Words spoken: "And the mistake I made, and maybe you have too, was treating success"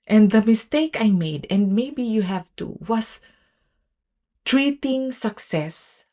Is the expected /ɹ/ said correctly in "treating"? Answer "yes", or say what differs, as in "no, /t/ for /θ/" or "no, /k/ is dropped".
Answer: yes